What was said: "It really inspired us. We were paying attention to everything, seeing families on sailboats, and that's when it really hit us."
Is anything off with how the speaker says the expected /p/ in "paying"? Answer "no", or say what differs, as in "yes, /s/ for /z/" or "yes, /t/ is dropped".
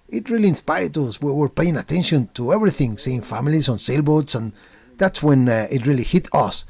no